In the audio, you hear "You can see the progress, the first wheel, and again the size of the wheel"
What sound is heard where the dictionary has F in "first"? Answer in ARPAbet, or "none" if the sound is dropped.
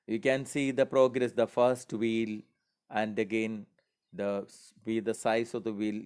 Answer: F